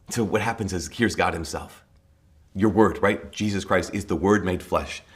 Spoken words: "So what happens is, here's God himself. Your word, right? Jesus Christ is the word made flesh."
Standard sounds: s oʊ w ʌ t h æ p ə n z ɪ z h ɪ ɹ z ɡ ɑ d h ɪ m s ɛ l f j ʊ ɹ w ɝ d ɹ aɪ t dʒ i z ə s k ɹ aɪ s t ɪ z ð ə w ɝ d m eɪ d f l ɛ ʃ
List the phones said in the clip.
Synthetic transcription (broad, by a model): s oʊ w ʌ t h æ p ə n z ɪ z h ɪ ɹ z ɡ ɑ d h ɪ m s ɛ l f j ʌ ɹ w ɝ d ɹ aɪ t dʒ i z ə s k ɹ aɪ s t ɪ z ð ə w ɝ d m eɪ d f l ɛ ʃ